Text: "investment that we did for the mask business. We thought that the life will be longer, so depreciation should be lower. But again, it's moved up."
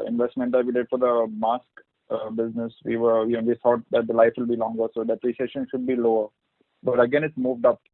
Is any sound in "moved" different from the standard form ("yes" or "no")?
no